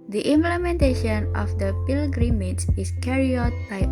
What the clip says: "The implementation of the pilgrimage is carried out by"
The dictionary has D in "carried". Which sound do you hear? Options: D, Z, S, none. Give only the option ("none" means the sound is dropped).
none